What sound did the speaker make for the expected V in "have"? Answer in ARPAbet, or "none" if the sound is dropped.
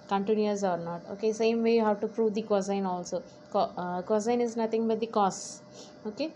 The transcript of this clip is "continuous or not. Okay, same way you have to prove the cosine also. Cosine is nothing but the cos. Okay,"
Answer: W